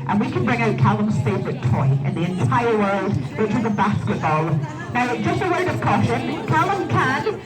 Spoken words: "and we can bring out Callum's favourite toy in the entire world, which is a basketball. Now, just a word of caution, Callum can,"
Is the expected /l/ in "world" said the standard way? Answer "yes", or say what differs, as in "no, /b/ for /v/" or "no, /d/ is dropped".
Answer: yes